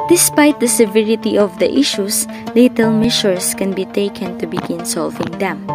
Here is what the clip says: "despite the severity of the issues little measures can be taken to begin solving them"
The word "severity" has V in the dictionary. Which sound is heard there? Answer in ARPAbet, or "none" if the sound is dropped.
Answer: V